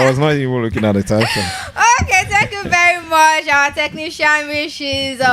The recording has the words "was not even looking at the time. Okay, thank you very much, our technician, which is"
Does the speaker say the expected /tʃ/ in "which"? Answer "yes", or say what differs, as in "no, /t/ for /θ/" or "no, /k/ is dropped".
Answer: no, /ʃ/ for /tʃ/